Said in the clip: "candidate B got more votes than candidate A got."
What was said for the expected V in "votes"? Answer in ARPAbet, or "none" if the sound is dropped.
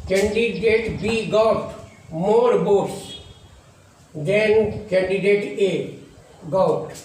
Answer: B